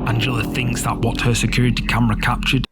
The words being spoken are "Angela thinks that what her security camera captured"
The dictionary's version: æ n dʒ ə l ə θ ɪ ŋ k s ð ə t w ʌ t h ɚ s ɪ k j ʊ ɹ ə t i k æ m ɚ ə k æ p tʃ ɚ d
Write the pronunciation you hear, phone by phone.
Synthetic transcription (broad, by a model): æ n dʒ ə l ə θ ɪ ŋ k s ð ə t w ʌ t h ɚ s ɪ k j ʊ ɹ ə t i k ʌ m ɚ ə k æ p tʃ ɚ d